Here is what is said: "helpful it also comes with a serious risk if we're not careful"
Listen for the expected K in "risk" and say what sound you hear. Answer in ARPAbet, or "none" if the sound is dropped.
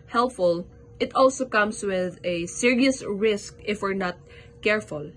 K